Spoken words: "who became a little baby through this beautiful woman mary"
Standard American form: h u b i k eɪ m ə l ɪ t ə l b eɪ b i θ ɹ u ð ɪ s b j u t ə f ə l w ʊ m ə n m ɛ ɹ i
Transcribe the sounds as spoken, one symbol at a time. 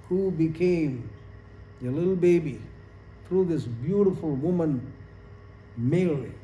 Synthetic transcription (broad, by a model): h u b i k eɪ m ə l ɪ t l b eɪ b i θ ɹ u ð ɪ s b j u t ə f ə l w ʊ m ə n m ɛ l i